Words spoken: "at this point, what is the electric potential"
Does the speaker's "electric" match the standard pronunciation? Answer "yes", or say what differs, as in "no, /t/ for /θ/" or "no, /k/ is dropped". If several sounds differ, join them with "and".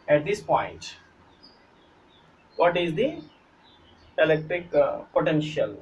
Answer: yes